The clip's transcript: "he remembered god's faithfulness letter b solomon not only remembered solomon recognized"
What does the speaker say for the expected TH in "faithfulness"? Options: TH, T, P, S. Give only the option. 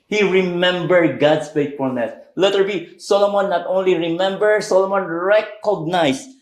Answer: T